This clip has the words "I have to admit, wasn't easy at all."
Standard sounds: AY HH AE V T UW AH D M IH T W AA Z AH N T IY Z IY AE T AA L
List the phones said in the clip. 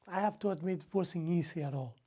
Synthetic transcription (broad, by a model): AY HH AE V T UW AH D M IH T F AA S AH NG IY S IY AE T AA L